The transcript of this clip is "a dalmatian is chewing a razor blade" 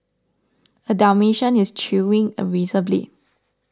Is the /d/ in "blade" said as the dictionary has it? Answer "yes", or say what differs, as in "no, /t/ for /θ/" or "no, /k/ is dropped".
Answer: no, /d/ is dropped